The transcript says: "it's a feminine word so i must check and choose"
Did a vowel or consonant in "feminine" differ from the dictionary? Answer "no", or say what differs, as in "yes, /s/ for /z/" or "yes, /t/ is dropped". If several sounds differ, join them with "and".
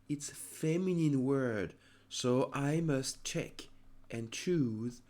no